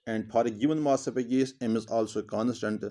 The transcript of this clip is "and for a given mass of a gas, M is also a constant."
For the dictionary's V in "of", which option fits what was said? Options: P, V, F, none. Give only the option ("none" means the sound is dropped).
P